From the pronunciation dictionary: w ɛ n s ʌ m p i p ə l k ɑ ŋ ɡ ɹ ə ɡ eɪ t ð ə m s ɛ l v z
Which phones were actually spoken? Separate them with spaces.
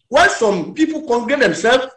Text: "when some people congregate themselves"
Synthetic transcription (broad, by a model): w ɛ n s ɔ m p i p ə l k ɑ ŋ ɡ ə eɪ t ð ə m s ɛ l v